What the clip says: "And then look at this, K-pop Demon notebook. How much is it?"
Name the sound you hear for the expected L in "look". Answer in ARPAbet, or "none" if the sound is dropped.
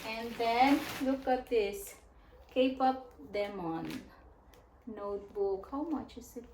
L